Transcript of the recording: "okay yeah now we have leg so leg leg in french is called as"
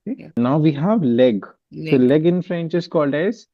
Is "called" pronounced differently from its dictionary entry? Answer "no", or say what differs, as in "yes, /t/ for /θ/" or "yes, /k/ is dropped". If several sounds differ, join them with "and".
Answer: no